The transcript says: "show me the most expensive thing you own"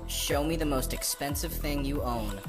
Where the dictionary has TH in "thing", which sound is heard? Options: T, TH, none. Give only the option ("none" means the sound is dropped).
TH